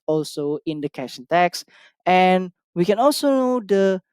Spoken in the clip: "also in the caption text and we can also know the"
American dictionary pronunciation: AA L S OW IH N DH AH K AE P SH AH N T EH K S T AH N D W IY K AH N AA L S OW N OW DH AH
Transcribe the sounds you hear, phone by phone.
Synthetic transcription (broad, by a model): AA L S OW IH N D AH K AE SH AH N T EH K S AH N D W IY K AH N AA L S OW N OW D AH